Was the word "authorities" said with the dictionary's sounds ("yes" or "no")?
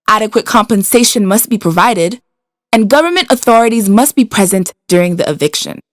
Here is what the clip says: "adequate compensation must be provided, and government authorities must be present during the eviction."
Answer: yes